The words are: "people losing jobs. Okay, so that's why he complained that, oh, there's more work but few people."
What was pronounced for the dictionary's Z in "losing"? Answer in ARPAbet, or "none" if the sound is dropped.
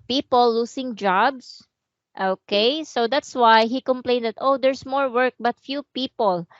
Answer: S